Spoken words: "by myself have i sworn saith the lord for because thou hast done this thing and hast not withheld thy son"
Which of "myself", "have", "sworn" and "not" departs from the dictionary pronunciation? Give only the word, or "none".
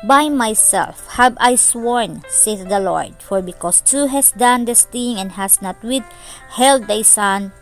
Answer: have